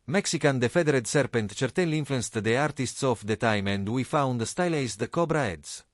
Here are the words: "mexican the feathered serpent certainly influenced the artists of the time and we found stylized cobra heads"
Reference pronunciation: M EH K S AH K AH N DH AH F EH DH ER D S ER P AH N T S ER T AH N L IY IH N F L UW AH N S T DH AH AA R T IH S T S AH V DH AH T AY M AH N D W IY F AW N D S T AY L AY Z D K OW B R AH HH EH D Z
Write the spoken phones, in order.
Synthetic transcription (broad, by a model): M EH K S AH K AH N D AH F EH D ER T S ER P AH N T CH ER T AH L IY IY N F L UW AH N S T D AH AA R T IH S T S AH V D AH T AY M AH N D W IY F AW N D S T AY L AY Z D K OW B R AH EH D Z